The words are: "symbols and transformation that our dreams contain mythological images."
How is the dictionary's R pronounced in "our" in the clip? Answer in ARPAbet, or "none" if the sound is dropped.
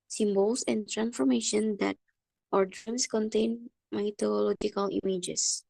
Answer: R